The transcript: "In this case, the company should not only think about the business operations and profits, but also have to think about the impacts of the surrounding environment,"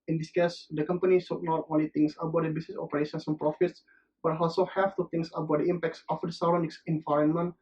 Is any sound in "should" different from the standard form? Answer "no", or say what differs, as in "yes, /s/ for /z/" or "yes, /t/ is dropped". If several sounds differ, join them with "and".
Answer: yes, /s/ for /ʃ/